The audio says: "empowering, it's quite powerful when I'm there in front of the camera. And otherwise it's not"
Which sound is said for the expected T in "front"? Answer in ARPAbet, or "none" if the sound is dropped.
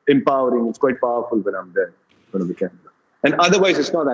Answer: none